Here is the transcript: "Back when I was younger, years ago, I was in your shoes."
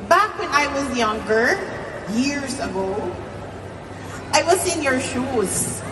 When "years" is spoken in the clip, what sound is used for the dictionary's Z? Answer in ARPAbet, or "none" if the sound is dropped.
Z